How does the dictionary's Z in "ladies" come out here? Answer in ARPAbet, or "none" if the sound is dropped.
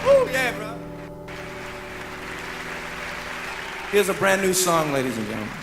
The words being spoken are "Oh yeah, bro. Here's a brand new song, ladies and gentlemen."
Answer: Z